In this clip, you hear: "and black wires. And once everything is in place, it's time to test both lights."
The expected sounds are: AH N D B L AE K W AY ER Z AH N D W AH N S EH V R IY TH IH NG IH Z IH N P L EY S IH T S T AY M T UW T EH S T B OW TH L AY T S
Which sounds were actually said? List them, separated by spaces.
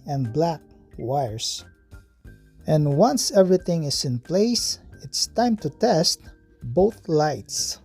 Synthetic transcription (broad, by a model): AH N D B L AE K W AY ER S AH N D W AH N S EH V R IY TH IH NG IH S IH N P L EY S IH T S T AY M T UW T EH S T B OW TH L AY T S